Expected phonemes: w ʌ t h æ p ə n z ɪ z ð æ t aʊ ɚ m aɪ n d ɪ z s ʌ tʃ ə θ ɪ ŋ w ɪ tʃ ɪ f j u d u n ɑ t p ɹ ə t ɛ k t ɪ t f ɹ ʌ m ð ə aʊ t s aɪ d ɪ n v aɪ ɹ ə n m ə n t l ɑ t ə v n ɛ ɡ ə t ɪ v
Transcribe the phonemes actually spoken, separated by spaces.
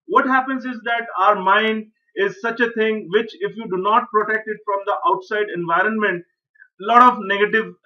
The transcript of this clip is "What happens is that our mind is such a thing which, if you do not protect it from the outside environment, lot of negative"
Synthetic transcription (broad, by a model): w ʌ t h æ p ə n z ɪ z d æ t aʊ ɚ m aɪ n d ɪ z s ʌ tʃ ə t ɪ ŋ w ɪ tʃ ɪ f j u d u n ɑ t p ɹ ə t ɛ k t ɪ t f ɹ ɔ m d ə aʊ t s aɪ d ɪ n v aɪ ɹ ə n m ə n t l ɑ t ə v n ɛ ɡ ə t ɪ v